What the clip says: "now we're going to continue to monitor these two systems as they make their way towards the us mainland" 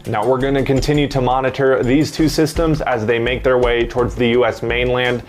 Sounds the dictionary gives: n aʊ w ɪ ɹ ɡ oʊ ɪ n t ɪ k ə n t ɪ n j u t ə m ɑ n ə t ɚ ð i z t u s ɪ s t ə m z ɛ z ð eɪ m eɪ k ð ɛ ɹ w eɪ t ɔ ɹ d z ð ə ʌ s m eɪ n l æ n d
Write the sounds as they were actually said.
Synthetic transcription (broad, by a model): n aʊ w ɪ ɹ ɡ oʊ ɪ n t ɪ k ə n t ɪ n j u t ə m ɑ n ə t ɚ ð i z t u s ɪ s t ə m z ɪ z ð eɪ m eɪ k ð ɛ ɹ w eɪ t ɔ ɹ d z ð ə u s m eɪ n l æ n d